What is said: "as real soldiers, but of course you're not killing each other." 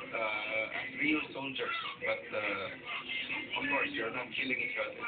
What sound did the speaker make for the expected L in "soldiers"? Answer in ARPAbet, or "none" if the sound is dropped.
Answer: N